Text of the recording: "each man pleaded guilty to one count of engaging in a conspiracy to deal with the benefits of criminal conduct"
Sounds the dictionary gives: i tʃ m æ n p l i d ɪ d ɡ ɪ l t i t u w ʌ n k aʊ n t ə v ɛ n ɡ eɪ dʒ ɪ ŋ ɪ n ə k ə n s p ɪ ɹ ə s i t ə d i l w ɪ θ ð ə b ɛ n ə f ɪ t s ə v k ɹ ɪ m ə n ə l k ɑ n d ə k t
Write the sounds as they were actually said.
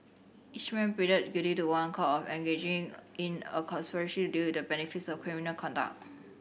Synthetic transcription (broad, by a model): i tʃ m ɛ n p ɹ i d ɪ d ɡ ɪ t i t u w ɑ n k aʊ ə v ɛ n ɡ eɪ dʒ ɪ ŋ ɪ n ə k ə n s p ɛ ɹ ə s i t d i l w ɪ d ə b ɛ n ə f ɪ t s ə f k ɹ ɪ m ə n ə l k ɑ n d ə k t